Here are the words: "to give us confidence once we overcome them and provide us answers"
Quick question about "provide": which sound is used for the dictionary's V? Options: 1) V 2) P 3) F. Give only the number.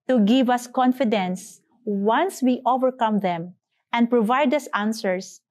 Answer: 1